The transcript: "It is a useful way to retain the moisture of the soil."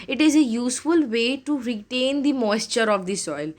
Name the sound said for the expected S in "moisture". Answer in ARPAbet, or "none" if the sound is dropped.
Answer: S